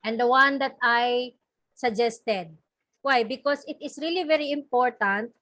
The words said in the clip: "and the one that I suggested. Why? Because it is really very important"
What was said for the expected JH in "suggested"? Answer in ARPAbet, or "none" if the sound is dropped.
JH